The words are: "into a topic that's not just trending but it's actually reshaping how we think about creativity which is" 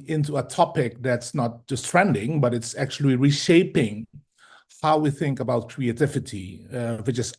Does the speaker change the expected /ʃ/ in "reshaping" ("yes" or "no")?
no